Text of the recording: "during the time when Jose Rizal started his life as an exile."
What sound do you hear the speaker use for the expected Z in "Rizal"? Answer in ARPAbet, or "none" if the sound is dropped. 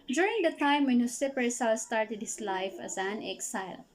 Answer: S